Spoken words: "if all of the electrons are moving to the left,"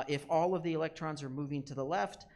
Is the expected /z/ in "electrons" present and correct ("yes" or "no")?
yes